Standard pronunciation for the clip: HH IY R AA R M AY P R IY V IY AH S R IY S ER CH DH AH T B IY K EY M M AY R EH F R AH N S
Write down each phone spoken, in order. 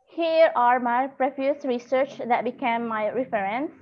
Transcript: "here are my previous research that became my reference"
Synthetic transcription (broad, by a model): HH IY R AA R M AY P R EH F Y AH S R IY S ER CH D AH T B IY K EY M M AY R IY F R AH N S